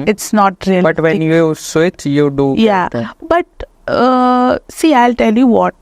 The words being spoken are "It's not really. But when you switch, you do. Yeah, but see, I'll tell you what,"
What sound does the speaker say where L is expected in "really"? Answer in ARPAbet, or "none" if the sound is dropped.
none